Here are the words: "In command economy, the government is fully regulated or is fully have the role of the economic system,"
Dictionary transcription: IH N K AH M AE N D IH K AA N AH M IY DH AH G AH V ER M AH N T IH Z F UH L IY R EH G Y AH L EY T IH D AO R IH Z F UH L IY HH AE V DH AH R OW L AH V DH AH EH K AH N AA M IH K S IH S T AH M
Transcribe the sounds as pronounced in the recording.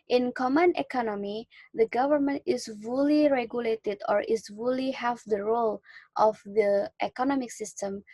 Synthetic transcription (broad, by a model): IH N K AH M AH N IH K AA N AH M IY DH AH G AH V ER M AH N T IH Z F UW L IY R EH G Y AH L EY T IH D AO R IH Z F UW L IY HH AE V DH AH R OW L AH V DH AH EH K AH N AA M IH K S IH S T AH M